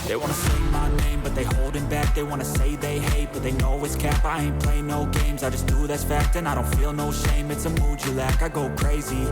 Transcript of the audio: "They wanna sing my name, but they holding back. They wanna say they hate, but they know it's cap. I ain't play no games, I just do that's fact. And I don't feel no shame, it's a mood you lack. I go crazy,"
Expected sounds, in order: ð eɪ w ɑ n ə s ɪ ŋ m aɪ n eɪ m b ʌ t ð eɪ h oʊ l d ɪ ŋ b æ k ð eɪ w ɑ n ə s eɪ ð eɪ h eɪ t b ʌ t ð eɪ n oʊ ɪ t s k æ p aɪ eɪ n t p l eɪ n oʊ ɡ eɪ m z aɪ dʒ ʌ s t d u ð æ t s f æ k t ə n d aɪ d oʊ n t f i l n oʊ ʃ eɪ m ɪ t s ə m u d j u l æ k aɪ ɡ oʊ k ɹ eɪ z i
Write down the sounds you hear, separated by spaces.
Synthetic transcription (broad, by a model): ð eɪ w ɑ n ə s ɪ m aɪ n eɪ m b ʌ t ð eɪ h oʊ l d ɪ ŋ b æ k ð eɪ w ɑ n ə s eɪ ð eɪ h eɪ t b ʌ t ð eɪ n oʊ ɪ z k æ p aɪ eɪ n p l eɪ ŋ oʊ ɡ eɪ m z aɪ dʒ ʌ s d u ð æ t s f æ k t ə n aɪ d oʊ n t f i l n oʊ ʃ eɪ m ɪ t s ə m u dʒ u l æ k aɪ ɡ oʊ k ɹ eɪ z i